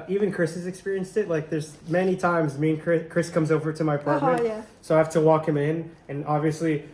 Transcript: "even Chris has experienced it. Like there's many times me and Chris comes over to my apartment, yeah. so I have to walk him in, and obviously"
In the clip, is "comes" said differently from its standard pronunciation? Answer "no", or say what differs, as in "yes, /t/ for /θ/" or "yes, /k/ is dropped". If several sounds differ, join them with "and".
no